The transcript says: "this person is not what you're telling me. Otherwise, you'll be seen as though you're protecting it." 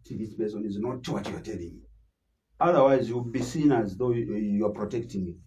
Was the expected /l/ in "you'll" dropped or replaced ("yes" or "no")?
yes